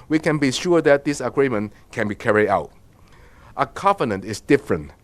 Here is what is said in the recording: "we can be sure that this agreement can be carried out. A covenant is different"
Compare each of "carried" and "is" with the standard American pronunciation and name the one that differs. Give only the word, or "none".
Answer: is